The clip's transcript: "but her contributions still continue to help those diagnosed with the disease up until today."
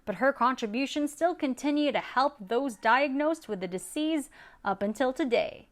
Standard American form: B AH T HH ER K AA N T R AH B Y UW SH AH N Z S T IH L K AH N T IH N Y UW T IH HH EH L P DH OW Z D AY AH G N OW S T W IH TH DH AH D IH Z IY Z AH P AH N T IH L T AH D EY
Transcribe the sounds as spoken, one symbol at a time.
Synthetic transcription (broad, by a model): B AH T HH ER K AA N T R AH B Y UW SH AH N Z S T IH L K AH N T IH N Y UW T IH HH EH L P DH OW Z D AY AH G N OW S T W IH DH AH D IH S IY Z AH P AH N T IH L T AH D EY